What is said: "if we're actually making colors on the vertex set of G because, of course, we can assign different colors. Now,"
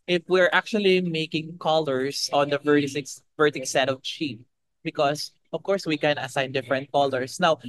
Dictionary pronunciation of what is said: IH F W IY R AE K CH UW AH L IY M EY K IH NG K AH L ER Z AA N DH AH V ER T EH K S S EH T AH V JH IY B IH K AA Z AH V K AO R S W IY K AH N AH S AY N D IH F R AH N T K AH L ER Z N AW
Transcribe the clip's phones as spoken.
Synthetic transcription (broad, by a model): IH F W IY R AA K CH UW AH L IY M EY K IH NG K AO L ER S AA N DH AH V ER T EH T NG S EH T AH V CH IY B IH K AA S AH V K AO R S W IY K AH N AH S AY N D IH F R AH N T K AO L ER S N AW